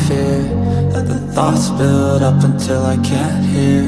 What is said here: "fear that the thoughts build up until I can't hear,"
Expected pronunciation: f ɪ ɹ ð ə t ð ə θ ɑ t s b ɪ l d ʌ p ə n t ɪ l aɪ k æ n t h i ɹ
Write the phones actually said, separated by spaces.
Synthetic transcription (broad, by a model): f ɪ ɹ ð ə t ð ə θ ɑ t s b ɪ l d ʌ p ə n t ɪ l aɪ k æ n t h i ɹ